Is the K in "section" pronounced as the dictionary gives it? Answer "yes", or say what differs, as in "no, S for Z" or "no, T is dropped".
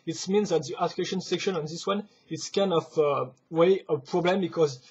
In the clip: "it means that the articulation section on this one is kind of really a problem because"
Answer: yes